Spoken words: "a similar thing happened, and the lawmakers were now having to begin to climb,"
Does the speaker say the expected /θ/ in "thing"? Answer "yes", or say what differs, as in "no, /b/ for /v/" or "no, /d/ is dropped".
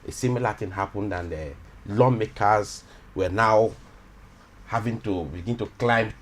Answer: no, /t/ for /θ/